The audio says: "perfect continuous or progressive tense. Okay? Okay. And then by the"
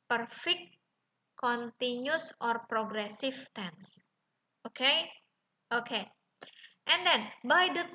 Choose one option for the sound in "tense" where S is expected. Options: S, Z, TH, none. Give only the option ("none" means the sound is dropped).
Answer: S